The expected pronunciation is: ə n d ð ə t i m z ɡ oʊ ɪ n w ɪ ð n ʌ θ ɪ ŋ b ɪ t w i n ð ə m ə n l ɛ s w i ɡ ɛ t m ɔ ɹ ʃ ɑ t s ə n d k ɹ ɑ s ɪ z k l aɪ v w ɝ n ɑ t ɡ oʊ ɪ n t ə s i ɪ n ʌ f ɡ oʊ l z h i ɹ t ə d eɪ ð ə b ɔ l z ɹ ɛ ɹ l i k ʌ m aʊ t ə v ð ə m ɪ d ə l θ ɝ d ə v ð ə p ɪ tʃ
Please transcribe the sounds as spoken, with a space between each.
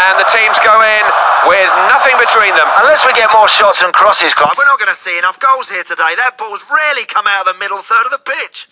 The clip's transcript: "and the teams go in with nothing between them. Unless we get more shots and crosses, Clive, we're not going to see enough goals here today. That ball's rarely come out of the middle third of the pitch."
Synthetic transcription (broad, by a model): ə n ð ə t i m z ɡ oʊ ɪ n w ɪ ð n ʌ θ ɪ ŋ b ɪ t w i n ð ə m ə n l ɛ s w i ɡ ɛ t m ɔ ɹ ʃ ɑ t s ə n k ɹ ɑ s ɪ z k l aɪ w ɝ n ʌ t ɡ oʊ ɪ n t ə s i ɪ n ʌ f ɡ oʊ l z h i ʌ t ə d eɪ ð ə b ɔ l z ɹ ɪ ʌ l i k ʌ m aʊ t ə ð ə m ɪ d l θ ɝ d ə v ð ə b ɪ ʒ